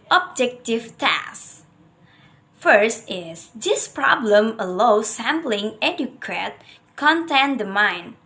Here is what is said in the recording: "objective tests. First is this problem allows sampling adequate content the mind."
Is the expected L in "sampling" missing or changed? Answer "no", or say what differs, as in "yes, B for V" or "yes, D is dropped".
no